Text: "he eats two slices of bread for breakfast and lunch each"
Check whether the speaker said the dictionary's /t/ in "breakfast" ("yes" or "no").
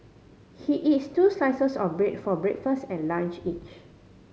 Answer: yes